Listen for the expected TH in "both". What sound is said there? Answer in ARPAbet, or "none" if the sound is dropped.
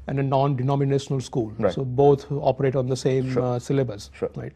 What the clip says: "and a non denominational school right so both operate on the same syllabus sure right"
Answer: T